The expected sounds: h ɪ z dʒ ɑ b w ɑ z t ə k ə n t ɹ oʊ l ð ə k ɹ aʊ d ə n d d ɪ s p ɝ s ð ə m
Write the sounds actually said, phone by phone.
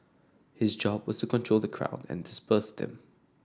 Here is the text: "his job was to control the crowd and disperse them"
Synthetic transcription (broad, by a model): h ɪ z dʒ ɑ b w ɑ z t ə k ə n t ɹ oʊ l ð ə k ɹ aʊ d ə n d d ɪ s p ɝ s ð ə m